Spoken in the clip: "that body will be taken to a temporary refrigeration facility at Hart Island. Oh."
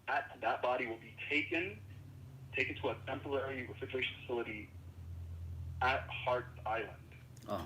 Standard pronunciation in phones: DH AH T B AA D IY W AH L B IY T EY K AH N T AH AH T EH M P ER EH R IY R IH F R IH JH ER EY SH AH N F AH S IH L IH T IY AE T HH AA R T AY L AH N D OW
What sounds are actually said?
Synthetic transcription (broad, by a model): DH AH T B AA D IY W AH L B IY T EY K AH N T AH AH T EH M P ER EH R IY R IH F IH CH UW EY SH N F AH S IH L IH T IY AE T HH AA R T AY L AH N D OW